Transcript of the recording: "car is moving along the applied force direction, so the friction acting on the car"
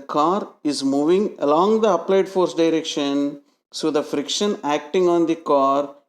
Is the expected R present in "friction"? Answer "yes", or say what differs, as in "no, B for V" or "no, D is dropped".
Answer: yes